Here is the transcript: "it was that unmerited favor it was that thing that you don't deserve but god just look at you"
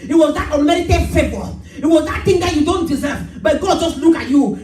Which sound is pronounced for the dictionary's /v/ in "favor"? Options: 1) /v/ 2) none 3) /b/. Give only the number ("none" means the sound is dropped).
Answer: 3